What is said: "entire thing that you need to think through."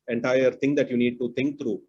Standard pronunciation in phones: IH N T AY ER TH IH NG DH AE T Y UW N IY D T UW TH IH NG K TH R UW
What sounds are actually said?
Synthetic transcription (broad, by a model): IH N T AY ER T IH NG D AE T Y UW N IY D T UW T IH NG K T R UW